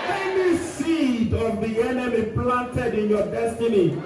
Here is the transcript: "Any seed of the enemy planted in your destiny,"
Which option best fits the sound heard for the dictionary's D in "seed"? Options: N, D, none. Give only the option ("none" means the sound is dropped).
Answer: D